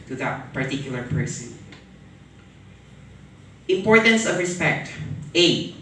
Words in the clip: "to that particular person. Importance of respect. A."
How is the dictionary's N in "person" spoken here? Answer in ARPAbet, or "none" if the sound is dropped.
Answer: none